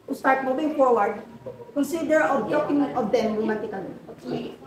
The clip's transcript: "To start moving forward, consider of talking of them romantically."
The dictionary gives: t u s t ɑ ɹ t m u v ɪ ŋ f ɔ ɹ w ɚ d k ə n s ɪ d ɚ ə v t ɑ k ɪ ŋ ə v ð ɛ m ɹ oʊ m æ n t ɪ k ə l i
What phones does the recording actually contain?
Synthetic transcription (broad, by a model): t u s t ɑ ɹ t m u b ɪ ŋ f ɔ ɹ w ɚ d k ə n s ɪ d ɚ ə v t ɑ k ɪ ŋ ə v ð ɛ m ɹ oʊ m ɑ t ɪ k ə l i